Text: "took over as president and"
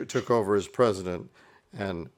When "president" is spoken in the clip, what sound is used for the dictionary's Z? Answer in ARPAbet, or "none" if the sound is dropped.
Z